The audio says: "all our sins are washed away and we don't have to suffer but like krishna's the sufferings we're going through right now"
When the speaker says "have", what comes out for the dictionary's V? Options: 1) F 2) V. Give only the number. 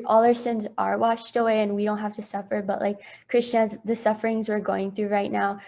1